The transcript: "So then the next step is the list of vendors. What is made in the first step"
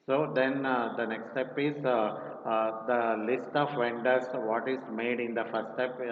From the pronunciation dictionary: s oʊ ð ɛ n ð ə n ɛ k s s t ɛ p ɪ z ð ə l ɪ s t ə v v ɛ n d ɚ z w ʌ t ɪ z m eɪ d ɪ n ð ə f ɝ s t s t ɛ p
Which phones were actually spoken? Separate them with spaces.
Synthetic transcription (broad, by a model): s oʊ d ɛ n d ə n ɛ k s s t ɛ p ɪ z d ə l ɪ s t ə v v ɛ n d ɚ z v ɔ t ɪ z m eɪ d ɪ n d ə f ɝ t s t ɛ p